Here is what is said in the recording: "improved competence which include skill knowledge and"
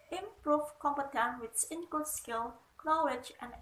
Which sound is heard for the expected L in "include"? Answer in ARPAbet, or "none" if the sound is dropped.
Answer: none